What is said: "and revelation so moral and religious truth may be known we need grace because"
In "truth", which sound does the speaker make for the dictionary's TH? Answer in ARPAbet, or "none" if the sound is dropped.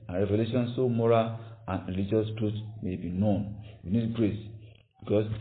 T